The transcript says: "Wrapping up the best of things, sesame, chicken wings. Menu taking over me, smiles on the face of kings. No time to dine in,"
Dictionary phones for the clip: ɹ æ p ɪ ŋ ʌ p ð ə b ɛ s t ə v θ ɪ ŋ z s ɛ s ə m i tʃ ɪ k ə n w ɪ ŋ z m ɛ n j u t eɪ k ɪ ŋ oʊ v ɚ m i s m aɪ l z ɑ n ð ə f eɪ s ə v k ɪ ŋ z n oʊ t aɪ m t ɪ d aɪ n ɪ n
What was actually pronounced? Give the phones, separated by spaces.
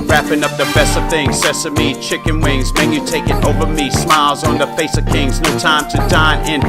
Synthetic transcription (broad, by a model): ɹ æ p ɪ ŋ ʌ p ð ə b ɛ s t ə v θ ɪ ŋ z s ɛ s ə m i tʃ ɪ k ə n w ɪ ŋ z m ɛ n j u t eɪ k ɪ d oʊ v ɚ m i s m aɪ l z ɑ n ð ə f eɪ s ə v k ɪ ŋ z n oʊ t aɪ m t ɪ d aɪ n ɪ n